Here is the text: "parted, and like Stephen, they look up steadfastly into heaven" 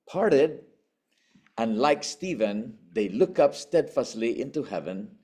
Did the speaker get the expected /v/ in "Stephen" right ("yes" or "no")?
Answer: yes